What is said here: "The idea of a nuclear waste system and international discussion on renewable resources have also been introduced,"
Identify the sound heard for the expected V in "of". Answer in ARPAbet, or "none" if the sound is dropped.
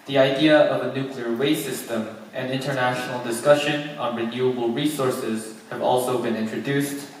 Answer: V